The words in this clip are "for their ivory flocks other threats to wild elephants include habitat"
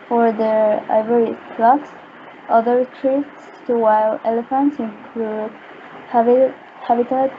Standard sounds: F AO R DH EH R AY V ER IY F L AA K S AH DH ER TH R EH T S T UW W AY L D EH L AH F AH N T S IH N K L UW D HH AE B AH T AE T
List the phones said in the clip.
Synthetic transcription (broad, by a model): F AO R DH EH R AY V ER IY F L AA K S AH DH ER T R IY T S T UW W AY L EH L AH F AH N T S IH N K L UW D HH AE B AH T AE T